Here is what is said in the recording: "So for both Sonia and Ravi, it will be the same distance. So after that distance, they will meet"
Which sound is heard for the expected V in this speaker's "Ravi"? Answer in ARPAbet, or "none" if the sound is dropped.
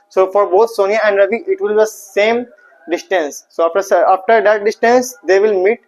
B